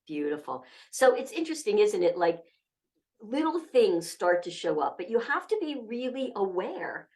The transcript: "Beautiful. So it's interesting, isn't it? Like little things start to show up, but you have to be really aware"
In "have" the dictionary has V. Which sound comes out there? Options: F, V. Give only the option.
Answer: F